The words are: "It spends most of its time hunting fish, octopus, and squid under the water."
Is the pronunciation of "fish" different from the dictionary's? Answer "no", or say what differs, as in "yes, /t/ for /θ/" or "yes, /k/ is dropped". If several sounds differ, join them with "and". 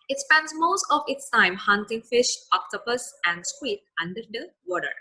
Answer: no